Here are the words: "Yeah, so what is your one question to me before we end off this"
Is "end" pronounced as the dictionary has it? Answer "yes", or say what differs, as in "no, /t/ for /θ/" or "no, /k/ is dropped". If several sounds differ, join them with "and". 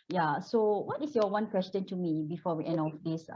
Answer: no, /d/ is dropped